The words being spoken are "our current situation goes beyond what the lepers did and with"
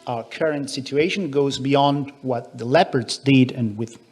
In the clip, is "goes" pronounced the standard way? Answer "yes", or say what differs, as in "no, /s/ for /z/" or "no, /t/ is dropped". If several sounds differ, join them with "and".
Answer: yes